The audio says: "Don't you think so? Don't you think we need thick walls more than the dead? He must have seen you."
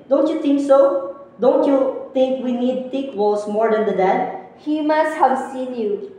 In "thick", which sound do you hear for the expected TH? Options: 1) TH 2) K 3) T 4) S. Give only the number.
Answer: 3